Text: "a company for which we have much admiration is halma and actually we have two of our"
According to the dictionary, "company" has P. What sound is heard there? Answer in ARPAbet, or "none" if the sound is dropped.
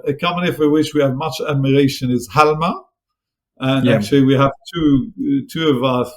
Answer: none